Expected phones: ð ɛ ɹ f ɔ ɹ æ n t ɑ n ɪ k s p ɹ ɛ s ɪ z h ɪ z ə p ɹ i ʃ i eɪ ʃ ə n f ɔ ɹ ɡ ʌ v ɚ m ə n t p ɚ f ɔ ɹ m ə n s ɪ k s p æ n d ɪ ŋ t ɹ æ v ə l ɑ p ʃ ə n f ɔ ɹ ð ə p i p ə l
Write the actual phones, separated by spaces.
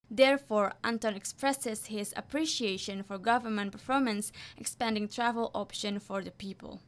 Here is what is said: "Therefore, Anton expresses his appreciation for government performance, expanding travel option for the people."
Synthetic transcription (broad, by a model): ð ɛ ɹ f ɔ ɹ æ n t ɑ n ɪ k s p ɹ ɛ s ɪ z h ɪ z ə p ɹ i ʃ i eɪ ʃ ə n f ɔ ɹ ɡ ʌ v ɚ m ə n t p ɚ f ɔ ɹ m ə n s ɪ k s p æ n d ɪ ŋ t ɹ æ v ə l ɑ p ʃ ə n f ɔ ɹ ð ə p i p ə l